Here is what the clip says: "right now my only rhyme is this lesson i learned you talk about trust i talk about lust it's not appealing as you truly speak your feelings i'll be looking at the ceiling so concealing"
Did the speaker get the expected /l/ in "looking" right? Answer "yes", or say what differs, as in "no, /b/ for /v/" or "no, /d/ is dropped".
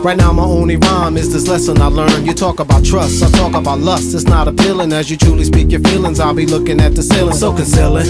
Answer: yes